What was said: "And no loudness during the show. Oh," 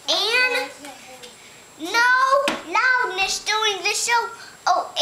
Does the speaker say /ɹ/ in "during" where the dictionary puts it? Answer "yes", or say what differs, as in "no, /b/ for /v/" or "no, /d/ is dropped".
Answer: no, /ɹ/ is dropped